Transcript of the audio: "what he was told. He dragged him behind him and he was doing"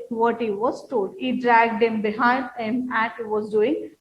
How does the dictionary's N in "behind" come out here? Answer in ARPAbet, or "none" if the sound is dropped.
N